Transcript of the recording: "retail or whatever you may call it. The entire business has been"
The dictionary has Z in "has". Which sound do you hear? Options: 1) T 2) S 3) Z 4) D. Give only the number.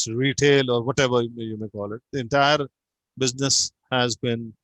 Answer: 3